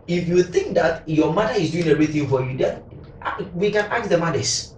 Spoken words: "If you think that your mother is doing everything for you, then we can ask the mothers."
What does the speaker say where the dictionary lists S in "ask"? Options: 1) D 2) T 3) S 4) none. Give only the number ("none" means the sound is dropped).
4